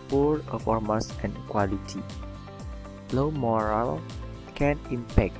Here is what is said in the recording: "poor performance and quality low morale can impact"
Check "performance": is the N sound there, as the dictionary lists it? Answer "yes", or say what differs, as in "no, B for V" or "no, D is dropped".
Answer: no, N is dropped